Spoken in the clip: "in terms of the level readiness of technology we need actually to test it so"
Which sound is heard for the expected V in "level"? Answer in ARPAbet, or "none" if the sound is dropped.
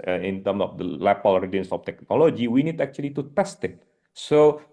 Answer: P